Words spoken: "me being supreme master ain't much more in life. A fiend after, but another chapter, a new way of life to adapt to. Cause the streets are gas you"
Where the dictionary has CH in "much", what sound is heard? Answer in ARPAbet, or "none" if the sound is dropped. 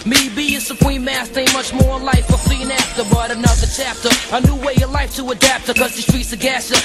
CH